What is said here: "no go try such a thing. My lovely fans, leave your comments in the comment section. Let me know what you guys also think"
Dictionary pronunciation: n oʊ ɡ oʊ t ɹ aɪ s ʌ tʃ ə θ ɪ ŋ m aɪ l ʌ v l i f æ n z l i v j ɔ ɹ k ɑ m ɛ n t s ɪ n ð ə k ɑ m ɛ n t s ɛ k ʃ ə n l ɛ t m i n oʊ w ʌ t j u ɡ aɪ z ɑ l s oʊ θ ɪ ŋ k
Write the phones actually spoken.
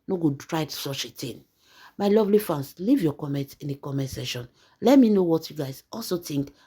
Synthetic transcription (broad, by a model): n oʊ ɡ oʊ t ɹ aɪ s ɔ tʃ ə t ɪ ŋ m aɪ l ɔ v l i f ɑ n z l i v j ɔ k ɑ m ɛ n t ɪ n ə k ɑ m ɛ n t s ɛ ʃ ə n l ɛ t m i n oʊ w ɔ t j u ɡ aɪ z ɑ l s oʊ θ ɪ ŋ k